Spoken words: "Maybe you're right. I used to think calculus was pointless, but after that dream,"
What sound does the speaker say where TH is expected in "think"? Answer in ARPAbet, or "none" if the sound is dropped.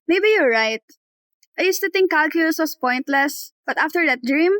T